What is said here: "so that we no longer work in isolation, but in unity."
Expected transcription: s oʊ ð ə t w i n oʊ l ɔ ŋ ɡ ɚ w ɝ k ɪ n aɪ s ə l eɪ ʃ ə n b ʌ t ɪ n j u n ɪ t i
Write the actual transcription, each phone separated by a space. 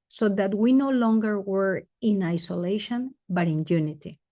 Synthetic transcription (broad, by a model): s oʊ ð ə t w i n oʊ l ɔ ŋ ɡ ɚ w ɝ ɪ n aɪ s ə l eɪ ʃ ə n b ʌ t ɪ n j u n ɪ t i